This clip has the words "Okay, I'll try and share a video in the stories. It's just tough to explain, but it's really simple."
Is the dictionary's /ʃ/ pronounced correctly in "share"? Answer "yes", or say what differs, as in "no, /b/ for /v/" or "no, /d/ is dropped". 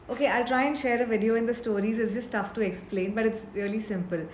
yes